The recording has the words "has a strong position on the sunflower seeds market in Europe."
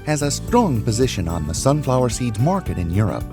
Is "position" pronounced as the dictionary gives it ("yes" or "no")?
yes